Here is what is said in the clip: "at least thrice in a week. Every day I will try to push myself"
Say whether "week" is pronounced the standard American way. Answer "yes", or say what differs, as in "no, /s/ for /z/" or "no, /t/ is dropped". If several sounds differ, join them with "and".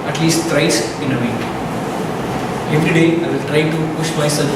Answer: no, /k/ is dropped